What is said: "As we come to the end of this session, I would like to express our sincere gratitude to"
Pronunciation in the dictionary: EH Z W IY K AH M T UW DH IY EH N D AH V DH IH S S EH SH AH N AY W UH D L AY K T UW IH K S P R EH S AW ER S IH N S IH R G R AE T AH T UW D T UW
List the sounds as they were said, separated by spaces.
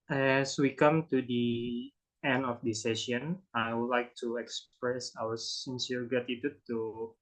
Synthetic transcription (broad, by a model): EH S W IY K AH M T UW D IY EH N D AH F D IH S S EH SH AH N AY W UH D L AY K T UW IH K S P R EH S AW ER S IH N S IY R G AA T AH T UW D T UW